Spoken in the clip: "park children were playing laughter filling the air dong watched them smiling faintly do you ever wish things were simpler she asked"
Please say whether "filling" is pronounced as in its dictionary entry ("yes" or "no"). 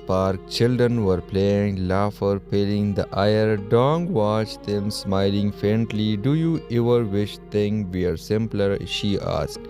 no